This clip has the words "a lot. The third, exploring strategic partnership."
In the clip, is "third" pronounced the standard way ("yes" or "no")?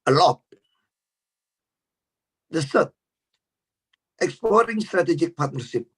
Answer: no